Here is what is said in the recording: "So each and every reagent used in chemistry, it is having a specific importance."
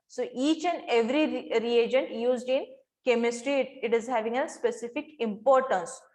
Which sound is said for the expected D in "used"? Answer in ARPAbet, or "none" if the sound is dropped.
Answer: D